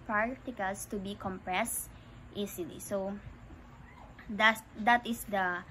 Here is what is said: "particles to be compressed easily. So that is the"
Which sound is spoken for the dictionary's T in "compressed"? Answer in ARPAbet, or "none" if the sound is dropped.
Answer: T